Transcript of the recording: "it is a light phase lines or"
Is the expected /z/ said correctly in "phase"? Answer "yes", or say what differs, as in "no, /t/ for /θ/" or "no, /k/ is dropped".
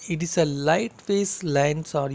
no, /s/ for /z/